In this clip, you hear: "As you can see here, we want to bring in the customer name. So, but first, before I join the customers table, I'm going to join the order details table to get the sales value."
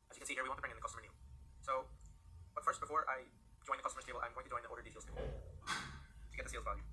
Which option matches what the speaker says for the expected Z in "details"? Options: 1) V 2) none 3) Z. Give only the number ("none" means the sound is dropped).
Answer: 2